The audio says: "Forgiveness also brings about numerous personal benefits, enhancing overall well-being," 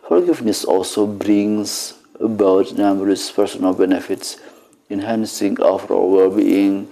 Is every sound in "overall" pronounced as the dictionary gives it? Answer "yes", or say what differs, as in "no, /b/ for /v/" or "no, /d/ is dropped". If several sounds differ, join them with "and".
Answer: no, /f/ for /v/